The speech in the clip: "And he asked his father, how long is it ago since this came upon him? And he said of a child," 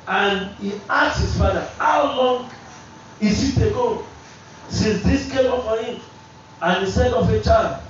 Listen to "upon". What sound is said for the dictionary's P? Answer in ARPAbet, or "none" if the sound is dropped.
F